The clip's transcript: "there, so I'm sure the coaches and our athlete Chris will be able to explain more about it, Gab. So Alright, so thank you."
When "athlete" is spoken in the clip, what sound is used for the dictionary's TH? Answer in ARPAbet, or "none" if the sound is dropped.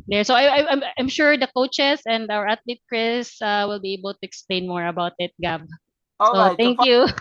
T